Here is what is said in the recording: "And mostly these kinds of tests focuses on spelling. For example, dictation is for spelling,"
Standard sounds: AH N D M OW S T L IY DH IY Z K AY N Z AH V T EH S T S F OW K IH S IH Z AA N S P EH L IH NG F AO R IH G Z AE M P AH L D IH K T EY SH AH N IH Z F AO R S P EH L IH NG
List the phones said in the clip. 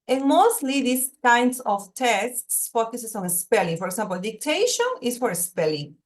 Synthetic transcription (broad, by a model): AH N M OW S T L IY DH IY S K AY N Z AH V T EH S T S F OW K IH S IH S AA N S P EH L IH NG F AO R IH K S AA M P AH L D IH K T EY SH AH N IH S F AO R S P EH L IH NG